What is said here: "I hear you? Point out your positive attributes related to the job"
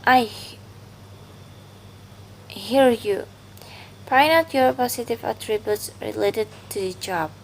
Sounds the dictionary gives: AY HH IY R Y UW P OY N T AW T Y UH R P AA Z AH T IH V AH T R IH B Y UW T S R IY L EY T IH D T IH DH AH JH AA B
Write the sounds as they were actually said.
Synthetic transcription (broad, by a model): AY HH IY R Y UW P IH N AW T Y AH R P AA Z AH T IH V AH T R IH B Y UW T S R IY L EY T IH D T IH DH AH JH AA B